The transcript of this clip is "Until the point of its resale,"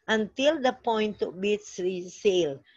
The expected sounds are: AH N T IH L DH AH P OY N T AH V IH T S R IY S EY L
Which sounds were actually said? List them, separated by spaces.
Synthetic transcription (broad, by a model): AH N T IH L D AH P OY N T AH B IH T S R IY S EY L